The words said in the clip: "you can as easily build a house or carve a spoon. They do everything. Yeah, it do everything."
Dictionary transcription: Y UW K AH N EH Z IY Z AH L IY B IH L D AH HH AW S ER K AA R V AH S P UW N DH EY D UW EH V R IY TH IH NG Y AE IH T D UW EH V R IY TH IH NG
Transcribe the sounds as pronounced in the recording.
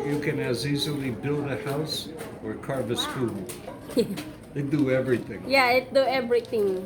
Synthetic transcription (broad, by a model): Y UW K AH N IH Z IY Z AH L IY B IH L D AH HH AW S ER K AA R V AH S F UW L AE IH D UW EH V R IY TH IH NG Y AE IH T D UW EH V R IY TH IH NG